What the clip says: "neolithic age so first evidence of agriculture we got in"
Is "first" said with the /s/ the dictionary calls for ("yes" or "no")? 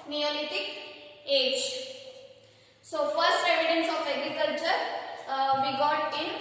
yes